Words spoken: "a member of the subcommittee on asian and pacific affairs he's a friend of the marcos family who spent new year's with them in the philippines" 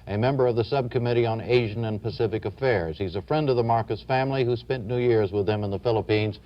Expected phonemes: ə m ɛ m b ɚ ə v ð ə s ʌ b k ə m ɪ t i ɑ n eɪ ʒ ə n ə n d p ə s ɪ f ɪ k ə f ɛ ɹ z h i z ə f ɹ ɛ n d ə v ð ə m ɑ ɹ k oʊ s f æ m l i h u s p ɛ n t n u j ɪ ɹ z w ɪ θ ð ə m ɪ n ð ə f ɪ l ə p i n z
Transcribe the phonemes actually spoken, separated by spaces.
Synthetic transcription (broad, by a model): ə m ɛ m b ɚ ə v ð ə s ʌ b k ə m ɪ t i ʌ n eɪ ʒ ə n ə n p ə s ɪ f ɪ k ə f ɛ ɹ z h i z ə f ɹ ɛ n d ə v ð ə m ɑ ɹ k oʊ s f æ m l i h u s p ɛ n n u j ɪ ɹ z w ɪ ð ə m ɪ n ð ə f ɪ l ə p i n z